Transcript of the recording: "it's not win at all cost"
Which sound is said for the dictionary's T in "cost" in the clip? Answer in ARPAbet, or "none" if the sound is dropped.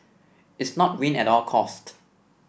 T